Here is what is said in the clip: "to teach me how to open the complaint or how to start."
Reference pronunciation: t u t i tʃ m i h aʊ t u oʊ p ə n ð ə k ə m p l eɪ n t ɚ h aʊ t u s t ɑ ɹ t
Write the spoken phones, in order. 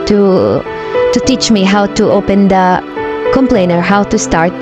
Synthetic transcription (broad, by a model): t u t i tʃ m i h aʊ t u oʊ p ə n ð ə k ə m p l eɪ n ɚ h aʊ t u s t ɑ ɹ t